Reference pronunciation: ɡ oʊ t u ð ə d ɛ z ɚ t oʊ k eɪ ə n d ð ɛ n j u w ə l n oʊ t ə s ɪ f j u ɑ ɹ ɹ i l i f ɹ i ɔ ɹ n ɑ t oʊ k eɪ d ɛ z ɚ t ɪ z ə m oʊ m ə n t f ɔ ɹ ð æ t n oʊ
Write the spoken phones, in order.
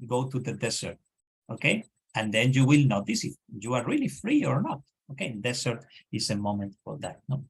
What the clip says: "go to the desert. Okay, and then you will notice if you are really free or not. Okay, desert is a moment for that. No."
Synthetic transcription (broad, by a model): ɡ oʊ t u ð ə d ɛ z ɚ t oʊ k eɪ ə n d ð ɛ n j u w ə l n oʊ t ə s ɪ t j u ɑ ɹ ɹ i l i f ɹ i ɔ ɹ n ɑ t oʊ k eɪ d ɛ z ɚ t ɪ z ə m oʊ m ə n t f ɔ ɹ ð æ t n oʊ